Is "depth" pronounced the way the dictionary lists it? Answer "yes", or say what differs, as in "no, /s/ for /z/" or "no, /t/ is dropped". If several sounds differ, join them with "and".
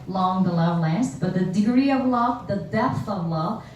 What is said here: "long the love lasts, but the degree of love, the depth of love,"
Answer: yes